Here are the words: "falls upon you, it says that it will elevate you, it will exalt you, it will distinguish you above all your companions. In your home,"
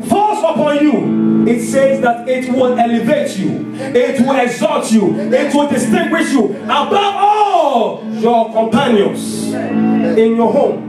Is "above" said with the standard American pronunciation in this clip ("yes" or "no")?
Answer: no